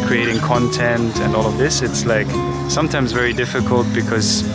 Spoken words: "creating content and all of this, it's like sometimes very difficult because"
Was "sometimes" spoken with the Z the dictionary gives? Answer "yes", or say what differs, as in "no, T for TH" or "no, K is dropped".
yes